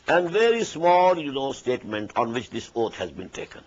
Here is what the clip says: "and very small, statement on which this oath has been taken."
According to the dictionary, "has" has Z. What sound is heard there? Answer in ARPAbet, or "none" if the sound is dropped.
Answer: Z